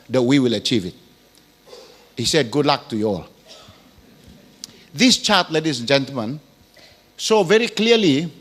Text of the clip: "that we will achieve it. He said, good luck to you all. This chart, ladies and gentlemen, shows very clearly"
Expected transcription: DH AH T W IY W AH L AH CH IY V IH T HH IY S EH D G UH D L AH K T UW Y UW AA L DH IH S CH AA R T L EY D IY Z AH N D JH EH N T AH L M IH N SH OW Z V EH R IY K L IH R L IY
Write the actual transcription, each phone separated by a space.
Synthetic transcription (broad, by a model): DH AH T W IY W AH L AH CH IY V IH T HH IY S EH D G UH D L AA K T UW Y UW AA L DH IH S CH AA T L EY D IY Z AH N JH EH N T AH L M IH N S OW V EH R IY K L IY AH L IY